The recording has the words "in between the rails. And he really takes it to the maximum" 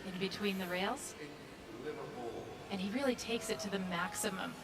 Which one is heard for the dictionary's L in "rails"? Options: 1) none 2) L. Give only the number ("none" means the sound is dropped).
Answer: 2